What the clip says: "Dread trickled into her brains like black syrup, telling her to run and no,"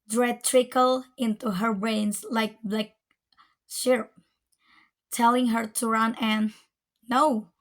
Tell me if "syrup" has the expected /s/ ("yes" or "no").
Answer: no